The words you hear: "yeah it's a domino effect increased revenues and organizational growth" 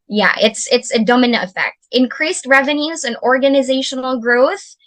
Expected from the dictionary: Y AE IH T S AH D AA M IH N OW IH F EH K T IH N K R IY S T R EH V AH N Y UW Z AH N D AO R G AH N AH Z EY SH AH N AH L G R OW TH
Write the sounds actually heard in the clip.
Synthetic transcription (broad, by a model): Y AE IH T S AH D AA M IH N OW IH F EH K T IH N K R IY S T R EH V AH N Y UW Z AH N AO R G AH N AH Z EY SH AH N L G R OW TH